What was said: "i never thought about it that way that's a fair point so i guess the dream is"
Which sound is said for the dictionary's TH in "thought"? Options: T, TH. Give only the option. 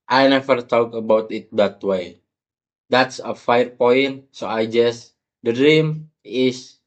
T